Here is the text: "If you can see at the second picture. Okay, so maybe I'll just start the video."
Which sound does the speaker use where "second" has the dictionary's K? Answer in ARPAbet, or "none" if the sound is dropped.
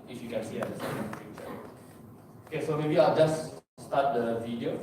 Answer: none